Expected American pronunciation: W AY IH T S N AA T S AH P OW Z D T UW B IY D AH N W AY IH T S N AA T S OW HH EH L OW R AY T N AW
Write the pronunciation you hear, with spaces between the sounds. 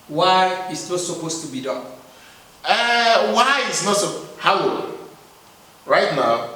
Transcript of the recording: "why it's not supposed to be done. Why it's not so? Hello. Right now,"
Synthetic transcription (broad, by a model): W AY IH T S N AA T S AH P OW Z T UW B IY D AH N W AY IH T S N AA T S OW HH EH W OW R AY T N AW